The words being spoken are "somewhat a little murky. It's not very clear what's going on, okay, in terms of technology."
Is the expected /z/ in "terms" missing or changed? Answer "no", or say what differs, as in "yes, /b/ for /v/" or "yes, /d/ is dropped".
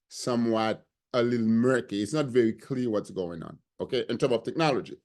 yes, /z/ is dropped